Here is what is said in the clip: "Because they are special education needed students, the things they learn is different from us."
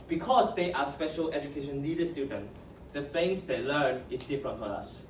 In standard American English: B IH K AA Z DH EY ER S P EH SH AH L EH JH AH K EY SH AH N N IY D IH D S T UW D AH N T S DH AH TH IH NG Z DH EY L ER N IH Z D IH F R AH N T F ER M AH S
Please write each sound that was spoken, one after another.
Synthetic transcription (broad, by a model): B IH K AA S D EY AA S P EH SH AH L EH JH AH K EY SH AH N L IY D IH S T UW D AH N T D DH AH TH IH NG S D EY L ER N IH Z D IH F R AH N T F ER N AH S